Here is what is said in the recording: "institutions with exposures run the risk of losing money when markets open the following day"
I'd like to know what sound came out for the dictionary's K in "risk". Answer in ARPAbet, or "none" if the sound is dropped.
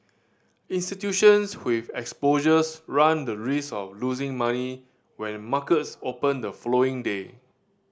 none